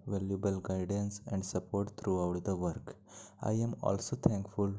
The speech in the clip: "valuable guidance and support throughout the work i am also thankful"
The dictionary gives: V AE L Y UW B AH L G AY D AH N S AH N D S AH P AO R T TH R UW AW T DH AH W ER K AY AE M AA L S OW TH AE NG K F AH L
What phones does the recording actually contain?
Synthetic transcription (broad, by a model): V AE L Y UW B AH L G AY D AH N S AH N D S AH P AO R T T R UW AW T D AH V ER K AY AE M AA L S OW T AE NG K F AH L